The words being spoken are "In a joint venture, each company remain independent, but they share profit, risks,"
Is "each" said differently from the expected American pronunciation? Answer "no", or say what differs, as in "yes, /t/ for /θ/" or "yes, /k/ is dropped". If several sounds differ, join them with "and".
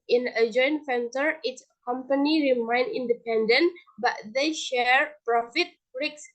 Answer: yes, /s/ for /tʃ/